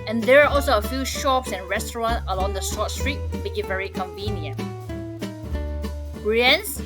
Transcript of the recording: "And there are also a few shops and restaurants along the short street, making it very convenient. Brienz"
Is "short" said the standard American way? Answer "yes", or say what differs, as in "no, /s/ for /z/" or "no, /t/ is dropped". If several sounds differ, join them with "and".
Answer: no, /s/ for /ʃ/